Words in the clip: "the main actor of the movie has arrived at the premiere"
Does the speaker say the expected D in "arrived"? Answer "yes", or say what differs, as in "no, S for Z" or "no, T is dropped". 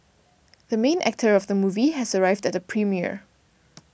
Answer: yes